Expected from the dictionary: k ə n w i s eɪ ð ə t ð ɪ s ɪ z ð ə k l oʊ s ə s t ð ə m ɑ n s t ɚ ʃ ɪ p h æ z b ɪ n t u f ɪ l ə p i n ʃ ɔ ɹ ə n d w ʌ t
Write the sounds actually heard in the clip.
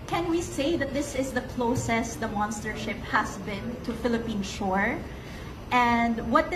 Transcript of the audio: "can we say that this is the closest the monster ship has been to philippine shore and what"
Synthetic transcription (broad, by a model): k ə n w i s eɪ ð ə t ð ɪ s ɪ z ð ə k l oʊ s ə s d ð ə m ɑ n s t ɚ ʃ ɪ p h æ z b ɪ n t u f ɪ l ə p i n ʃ ɔ ɹ ə n d w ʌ t